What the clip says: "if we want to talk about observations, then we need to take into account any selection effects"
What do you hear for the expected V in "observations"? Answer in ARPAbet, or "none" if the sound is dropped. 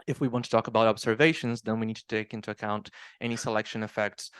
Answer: V